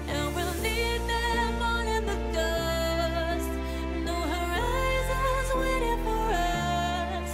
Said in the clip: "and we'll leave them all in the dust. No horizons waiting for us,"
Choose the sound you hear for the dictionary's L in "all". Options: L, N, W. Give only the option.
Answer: N